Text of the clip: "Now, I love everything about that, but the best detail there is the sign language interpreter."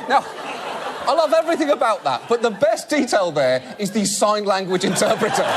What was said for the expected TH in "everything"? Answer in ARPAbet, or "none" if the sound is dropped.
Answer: TH